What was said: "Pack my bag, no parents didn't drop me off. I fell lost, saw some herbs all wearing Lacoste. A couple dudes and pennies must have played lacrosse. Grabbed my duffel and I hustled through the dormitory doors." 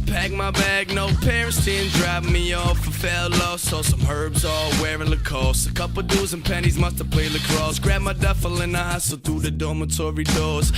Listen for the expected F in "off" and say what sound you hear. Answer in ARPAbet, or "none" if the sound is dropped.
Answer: F